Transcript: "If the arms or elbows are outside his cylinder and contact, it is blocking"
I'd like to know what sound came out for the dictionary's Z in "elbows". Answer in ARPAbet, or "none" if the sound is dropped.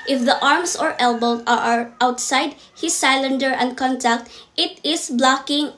none